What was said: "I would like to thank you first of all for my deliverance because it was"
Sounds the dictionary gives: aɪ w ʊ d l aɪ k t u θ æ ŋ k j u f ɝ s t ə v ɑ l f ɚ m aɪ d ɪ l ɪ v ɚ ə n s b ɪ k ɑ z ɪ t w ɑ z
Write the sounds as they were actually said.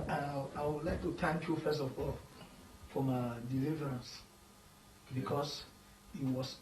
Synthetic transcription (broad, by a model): aɪ w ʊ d l aɪ k t u t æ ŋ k j u f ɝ s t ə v ɑ l f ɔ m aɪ d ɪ l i v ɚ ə n s b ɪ k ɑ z ɪ t w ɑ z